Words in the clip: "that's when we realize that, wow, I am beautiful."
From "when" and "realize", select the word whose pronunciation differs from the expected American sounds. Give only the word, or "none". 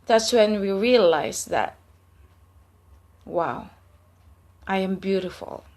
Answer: realize